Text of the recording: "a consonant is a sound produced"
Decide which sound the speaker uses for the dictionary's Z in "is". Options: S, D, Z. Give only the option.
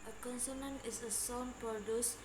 S